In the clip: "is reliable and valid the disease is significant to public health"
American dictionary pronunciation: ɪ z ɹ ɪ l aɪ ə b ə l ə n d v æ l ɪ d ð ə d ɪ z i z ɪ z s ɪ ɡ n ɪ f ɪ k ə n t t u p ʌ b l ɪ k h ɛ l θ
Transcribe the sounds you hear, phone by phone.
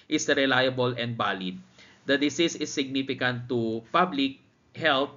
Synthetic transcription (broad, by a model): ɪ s ɹ ɪ l aɪ ə b ə l ə n d b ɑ l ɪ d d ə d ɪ s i s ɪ s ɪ ɡ n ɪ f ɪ k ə n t t u p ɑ b l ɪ k h ɛ l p